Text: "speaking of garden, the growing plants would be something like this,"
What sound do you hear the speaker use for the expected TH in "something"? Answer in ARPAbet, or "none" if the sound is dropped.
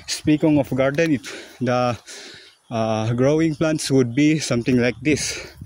T